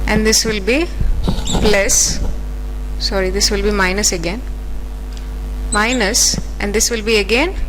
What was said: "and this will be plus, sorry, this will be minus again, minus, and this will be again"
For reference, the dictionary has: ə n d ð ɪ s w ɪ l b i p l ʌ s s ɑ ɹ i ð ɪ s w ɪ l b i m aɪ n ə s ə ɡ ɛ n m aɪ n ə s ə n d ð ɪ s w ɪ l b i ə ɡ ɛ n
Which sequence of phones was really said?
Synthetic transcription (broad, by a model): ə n d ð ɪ s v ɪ l b i b l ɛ s s ɑ ɹ i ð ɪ s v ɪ l b i m aɪ n ə s ə ɡ ɛ n m aɪ n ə s ə n d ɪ s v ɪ l b i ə ɡ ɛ n